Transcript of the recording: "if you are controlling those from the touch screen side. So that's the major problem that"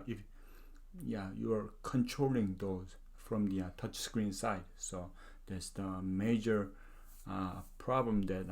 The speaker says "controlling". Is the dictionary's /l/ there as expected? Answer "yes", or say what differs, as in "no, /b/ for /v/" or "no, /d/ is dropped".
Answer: yes